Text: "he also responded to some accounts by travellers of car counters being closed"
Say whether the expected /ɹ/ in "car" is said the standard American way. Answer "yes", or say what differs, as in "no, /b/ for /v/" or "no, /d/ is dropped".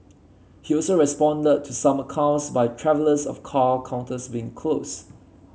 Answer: no, /l/ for /ɹ/